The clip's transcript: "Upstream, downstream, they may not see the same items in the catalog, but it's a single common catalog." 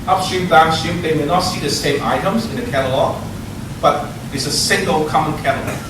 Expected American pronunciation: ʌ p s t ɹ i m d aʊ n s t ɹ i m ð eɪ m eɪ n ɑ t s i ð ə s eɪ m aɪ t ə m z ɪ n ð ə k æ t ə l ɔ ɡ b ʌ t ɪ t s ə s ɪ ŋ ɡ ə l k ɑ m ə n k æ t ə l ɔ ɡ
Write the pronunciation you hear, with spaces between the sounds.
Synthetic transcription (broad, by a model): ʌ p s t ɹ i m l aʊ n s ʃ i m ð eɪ m eɪ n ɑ t s i ð ə s eɪ m aɪ t ə m z ɪ n ð ə k æ t ə l ɔ ɡ b ʌ t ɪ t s ə s ɪ ŋ ɡ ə l k ɑ m ə n k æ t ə l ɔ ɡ